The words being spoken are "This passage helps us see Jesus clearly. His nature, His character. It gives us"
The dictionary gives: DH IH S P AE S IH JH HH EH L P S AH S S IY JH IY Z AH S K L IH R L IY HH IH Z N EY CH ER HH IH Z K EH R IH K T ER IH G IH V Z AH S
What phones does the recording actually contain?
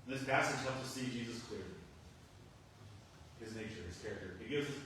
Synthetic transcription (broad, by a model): DH IH S P AE S IH JH HH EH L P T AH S S IY JH IY Z AH S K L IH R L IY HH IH Z N EY CH ER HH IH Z K EH R IH K T ER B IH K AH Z